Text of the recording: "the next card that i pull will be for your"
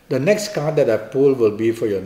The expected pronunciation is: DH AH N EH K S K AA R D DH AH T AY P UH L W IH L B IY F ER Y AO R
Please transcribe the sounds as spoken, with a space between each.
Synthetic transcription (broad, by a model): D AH N EH K S K AA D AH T AY P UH L W IH L B IY F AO Y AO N